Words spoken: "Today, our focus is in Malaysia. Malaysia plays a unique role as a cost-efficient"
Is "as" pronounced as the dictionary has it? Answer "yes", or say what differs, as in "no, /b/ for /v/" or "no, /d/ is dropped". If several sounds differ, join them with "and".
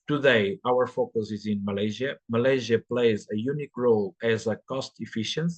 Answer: yes